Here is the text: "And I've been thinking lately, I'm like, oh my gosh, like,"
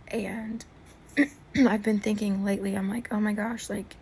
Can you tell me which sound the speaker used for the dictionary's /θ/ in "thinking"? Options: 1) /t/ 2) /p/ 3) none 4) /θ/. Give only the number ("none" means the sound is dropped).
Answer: 4